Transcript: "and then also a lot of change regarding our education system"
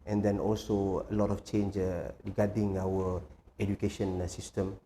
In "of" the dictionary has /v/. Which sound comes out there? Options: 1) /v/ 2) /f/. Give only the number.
2